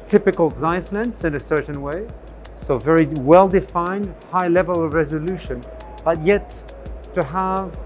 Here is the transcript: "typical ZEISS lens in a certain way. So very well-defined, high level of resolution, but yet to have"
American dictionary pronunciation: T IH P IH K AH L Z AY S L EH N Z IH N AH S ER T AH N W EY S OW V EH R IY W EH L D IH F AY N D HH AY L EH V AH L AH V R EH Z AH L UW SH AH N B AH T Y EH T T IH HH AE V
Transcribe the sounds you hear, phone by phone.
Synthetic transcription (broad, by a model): T IH P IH K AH L Z AY S L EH N S IH N AH S ER T N W EY S OW V EH R IY W EH L D IH F AY N D HH AY L EH V AH L AH V R EH Z AH L UW SH AH N B AH T Y EH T T IH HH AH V